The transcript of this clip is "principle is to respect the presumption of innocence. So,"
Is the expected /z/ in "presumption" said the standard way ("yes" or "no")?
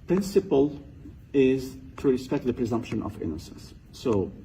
yes